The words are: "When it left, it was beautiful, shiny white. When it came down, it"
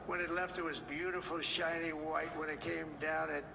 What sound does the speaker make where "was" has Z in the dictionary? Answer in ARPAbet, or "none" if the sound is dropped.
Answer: Z